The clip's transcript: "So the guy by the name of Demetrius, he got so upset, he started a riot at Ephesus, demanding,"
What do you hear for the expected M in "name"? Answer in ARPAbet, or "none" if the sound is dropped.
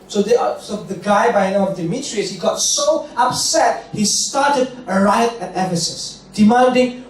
none